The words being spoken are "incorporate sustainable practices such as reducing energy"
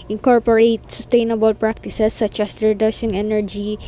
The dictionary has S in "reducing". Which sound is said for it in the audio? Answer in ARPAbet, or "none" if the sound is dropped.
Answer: SH